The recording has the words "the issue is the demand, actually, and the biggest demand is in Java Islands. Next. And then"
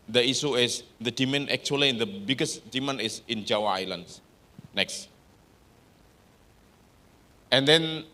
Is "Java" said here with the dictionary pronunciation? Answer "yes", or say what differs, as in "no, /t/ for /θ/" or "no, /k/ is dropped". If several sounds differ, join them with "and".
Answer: no, /w/ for /v/